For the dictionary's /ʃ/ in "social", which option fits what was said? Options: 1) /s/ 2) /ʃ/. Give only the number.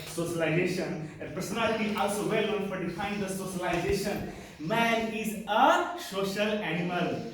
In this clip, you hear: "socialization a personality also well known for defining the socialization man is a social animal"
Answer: 2